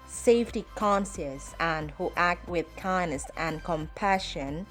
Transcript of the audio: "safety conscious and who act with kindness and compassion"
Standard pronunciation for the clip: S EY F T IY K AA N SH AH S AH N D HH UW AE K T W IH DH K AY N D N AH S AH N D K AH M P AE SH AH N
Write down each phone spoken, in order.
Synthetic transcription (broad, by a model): S EY F T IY K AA N S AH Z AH N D HH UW AE K T W IH DH K AY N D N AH S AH N K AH M P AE SH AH N